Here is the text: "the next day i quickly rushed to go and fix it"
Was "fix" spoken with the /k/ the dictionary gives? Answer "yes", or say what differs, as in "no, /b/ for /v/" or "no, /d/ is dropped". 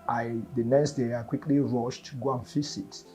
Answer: no, /k/ is dropped